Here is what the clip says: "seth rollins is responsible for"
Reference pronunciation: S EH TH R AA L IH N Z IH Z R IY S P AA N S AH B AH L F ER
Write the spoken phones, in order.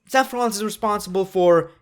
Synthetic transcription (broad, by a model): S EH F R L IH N S IH Z R IY S P AA N S AH B AH L F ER